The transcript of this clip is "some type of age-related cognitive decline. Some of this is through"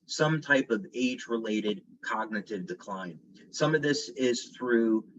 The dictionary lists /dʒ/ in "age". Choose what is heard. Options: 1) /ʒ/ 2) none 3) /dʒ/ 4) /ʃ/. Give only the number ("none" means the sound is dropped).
3